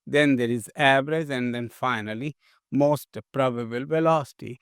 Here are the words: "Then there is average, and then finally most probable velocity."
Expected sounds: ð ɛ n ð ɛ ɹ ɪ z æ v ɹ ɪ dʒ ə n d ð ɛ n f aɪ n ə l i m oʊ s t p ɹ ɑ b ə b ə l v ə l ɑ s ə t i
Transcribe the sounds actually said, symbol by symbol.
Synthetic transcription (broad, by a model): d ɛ n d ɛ ɹ ɪ z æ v ɹ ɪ z ə n d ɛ n f aɪ n ə l i m oʊ s t p ɹ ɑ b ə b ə l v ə l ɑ s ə t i